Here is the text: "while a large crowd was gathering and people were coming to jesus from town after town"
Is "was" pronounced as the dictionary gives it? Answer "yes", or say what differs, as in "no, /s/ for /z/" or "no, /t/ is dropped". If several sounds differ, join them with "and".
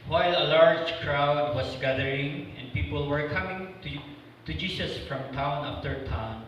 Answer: no, /s/ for /z/